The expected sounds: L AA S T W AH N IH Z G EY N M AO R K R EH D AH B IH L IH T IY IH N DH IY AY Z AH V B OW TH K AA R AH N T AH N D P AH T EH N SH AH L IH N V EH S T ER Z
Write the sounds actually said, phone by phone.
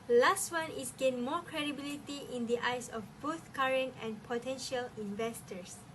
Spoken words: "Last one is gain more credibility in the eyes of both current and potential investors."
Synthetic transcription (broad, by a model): L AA S T W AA N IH S G EY N M AO K R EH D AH B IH L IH T IY IH N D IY AY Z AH F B OW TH K AA R AH N T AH N P AH T EH N SH AH L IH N V EH S T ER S